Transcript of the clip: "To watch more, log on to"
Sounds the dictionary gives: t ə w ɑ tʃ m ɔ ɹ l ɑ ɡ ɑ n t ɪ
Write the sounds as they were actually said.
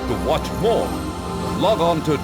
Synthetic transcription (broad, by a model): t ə w ɑ tʃ m ɔ ɹ l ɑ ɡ ɑ n t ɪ